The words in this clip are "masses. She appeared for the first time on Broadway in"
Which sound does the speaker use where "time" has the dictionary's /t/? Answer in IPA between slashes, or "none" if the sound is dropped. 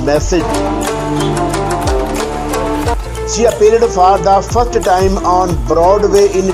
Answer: /t/